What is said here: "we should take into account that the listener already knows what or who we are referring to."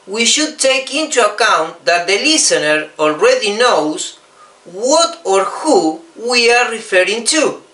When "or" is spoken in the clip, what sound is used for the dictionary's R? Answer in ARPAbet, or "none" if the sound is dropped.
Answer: R